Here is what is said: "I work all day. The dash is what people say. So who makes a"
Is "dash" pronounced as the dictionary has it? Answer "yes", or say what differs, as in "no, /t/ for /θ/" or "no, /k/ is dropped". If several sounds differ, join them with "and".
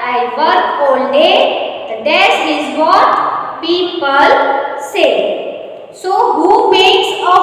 no, /s/ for /ʃ/